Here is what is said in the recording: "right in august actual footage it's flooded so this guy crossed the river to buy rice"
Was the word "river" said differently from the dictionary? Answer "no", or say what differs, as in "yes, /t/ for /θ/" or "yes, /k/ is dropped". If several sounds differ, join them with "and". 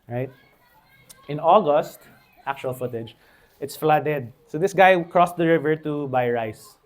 no